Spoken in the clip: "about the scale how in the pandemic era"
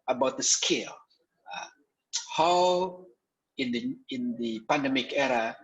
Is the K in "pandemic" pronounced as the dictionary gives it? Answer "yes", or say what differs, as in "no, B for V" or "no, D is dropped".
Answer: yes